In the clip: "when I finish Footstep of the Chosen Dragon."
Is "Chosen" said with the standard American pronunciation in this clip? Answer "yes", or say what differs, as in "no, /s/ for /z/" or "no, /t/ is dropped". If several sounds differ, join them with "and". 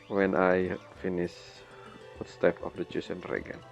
no, /s/ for /z/